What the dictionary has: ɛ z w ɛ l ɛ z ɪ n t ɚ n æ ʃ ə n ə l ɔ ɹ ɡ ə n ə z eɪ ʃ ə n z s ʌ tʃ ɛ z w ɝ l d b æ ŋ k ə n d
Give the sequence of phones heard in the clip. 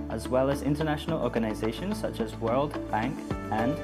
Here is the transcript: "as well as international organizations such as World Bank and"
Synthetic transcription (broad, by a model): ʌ z w ɛ l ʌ z ɪ n t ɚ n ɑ ʃ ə n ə l ɔ ɹ ɡ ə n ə z eɪ ʃ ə n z s ʌ tʃ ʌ z w ɝ l d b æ ŋ k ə n